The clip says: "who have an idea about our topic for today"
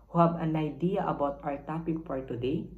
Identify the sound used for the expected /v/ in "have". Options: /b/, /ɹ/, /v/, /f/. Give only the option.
/b/